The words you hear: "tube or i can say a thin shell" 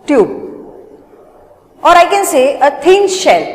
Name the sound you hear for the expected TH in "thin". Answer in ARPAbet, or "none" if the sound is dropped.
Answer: T